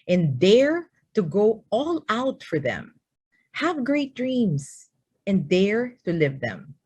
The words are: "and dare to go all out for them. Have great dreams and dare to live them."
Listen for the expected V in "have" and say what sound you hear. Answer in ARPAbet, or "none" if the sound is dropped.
V